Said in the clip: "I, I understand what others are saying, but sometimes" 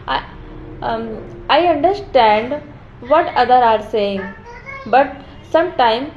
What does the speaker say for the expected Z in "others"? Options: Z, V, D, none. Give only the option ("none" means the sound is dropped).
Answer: none